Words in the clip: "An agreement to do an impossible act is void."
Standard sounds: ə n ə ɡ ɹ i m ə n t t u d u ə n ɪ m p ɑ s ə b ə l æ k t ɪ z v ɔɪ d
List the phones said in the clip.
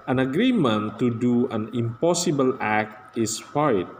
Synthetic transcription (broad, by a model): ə n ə ɡ ɹ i m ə n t t u d u ə n ɪ m p ɑ s ə b ə l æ k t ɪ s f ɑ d